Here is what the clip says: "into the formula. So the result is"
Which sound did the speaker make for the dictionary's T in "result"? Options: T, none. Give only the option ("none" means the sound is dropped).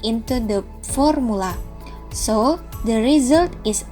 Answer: T